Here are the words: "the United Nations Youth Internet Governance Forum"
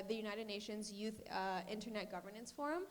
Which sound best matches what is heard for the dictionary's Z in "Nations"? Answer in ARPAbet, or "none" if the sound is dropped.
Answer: Z